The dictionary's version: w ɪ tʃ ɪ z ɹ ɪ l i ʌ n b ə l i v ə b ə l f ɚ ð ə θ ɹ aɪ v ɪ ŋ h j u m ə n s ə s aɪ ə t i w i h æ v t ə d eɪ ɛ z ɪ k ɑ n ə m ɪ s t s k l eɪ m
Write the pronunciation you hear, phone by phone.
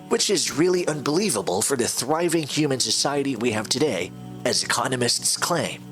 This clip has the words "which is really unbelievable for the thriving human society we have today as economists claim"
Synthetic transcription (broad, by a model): w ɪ tʃ ɪ z ɹ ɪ l i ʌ n b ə l i v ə b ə l f ɚ ð ə θ ɹ aɪ v ɪ ŋ h j u m ə n s ə s aɪ ə t i w i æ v t ə d eɪ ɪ z ɪ k ɑ n ə m ɪ s t s k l eɪ m